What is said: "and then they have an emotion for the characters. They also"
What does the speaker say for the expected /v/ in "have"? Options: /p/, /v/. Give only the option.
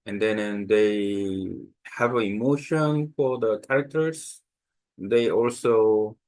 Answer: /v/